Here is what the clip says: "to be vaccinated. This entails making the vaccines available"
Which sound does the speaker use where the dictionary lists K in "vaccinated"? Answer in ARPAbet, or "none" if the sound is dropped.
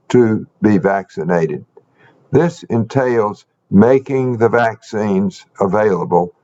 K